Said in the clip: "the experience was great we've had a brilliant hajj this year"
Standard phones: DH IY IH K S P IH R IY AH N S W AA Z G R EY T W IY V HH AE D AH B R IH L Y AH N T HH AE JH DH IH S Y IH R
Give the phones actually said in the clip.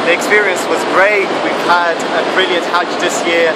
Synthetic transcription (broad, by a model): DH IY IH K S P IH R IY AH N S W AA Z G R EY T W IY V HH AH D AH B R IH L Y AH N T HH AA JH DH IH S Y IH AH